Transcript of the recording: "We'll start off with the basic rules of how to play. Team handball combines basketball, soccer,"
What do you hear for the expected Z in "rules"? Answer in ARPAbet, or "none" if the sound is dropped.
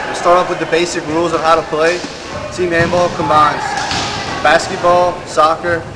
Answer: Z